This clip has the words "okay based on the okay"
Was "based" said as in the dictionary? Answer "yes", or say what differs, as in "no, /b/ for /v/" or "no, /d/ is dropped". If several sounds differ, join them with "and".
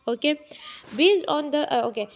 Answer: no, /t/ is dropped